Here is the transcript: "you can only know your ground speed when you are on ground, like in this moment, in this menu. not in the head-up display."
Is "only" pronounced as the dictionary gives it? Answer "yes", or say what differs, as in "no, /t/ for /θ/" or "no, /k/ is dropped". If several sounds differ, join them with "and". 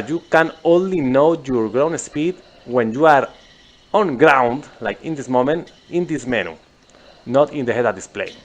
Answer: yes